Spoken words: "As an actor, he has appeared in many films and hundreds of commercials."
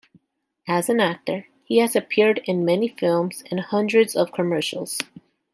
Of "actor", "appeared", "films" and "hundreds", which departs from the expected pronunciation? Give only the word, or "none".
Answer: none